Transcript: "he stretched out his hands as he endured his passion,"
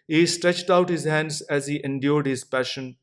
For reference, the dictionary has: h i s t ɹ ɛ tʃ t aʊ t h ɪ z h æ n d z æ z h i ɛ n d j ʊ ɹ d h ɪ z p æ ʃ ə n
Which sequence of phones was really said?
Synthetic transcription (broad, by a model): h i s t ɹ ɛ tʃ t aʊ t h ɪ z h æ n d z æ z h i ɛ n d j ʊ ɹ d h ɪ z p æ ʃ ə n